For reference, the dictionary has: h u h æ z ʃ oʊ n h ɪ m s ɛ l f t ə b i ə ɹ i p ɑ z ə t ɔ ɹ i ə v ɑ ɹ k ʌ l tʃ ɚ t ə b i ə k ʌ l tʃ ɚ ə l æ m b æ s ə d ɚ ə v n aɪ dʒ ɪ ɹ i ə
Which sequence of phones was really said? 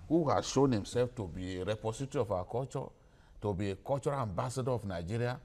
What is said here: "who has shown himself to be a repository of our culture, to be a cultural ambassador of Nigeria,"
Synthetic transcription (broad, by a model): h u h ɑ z ʃ oʊ n h ɪ m s ɛ l f t ə b i ə ɹ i p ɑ s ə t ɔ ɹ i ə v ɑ k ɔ tʃ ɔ t ə b i ə k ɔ tʃ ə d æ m b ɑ s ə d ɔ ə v n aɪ dʒ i ɹ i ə